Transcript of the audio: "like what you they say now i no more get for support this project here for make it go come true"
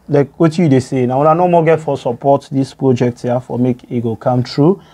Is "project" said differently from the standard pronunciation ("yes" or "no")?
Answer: no